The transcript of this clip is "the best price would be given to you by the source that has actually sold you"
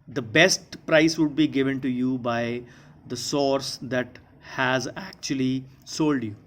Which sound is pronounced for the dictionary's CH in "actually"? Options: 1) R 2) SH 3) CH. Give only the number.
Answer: 3